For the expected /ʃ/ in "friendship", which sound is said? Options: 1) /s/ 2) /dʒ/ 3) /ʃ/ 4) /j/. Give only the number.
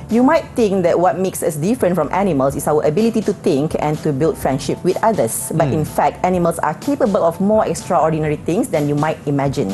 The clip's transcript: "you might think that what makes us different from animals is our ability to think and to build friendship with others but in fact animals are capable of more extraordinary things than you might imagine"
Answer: 3